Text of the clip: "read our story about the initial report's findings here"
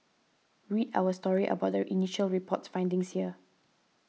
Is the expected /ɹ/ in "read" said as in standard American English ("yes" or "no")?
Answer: yes